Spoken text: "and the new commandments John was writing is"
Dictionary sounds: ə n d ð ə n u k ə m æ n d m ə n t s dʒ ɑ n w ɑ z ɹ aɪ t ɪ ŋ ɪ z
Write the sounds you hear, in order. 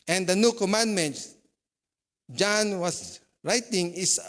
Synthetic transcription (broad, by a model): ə n d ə n u k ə m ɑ n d m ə n t s dʒ ɑ n w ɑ s ɹ aɪ t ɪ ŋ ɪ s